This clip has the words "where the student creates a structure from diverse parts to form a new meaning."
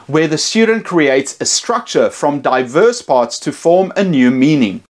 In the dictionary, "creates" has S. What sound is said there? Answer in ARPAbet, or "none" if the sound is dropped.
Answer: S